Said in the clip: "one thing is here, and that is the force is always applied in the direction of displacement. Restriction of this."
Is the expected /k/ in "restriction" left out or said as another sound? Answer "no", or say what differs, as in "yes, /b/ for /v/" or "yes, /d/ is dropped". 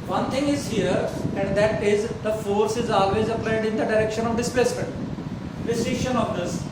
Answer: yes, /k/ is dropped